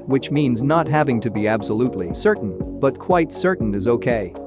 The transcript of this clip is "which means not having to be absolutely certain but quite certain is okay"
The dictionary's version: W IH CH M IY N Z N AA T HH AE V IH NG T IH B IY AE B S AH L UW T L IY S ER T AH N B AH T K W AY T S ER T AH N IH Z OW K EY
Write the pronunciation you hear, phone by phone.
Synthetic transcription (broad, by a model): W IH CH M IY N Z N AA T HH AE V IH NG T IH B IY AE B S AH L UW T L IY S ER T N B AH T K W AY T S ER T N IH Z OW K EY